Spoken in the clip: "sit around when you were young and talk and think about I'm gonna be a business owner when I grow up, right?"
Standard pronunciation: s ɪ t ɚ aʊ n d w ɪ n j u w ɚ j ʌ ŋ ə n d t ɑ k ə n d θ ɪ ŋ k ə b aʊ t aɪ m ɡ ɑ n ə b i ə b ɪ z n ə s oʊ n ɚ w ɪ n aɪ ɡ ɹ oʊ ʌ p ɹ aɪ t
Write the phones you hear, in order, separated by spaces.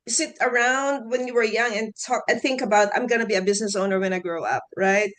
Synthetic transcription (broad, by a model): s ɪ t ɚ aʊ n d w ɪ n j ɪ w ɚ j ʌ ŋ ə n t ɑ k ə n θ ɪ ŋ k ə b aʊ t aɪ m ɡ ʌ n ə b i ə b ɪ z n ə s oʊ n ɚ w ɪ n aɪ ɡ ɹ oʊ ʌ p ɹ aɪ t